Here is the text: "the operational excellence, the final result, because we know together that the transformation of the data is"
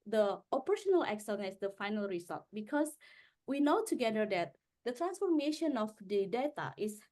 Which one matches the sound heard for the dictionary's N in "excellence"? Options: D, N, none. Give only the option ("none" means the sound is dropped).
none